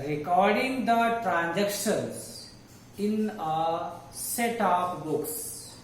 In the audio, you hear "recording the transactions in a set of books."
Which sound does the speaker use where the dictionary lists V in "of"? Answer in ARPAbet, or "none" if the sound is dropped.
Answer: P